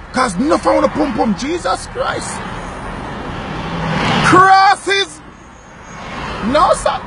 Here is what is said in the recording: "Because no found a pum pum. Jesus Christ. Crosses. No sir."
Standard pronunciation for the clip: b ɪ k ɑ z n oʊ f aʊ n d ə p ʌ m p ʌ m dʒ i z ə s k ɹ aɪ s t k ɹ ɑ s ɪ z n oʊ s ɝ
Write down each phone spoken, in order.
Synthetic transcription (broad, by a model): k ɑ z n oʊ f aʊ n ə p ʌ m p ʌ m dʒ i z ə s k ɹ aɪ s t k ɹ ɑ s ɪ z n oʊ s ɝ